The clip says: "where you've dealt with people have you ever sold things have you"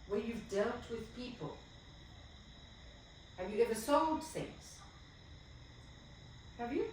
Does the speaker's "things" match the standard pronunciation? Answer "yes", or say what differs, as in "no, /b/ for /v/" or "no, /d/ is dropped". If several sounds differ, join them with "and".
yes